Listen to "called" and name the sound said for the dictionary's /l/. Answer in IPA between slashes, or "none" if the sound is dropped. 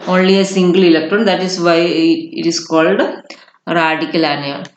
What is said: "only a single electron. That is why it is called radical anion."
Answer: /l/